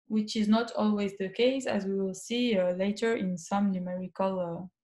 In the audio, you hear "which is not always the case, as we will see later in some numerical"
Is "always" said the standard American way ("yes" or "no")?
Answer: yes